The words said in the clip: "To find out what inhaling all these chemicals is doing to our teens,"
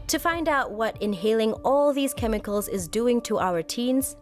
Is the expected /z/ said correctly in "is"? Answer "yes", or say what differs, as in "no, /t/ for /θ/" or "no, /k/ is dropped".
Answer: yes